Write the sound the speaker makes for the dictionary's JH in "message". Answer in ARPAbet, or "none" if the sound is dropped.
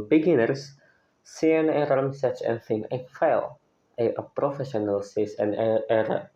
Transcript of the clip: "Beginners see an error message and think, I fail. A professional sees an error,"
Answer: CH